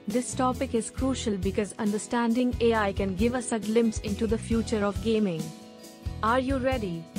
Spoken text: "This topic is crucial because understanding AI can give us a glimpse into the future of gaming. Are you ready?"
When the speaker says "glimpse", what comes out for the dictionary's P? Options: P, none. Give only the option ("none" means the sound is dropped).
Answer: P